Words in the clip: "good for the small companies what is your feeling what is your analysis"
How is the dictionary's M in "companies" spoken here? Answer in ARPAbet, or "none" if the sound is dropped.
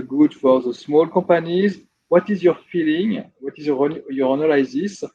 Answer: none